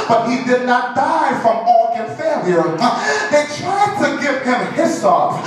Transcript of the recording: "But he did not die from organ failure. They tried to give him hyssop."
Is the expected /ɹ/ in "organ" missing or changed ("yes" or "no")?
yes